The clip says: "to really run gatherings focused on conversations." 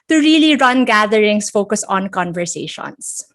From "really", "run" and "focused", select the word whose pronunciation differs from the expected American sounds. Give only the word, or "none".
focused